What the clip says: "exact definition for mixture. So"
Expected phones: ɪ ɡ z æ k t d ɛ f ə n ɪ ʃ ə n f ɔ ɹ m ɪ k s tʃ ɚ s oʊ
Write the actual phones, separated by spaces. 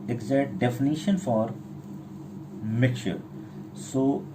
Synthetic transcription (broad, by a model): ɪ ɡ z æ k t d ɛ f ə n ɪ ʃ ə n f ɔ ɹ m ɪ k tʃ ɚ s oʊ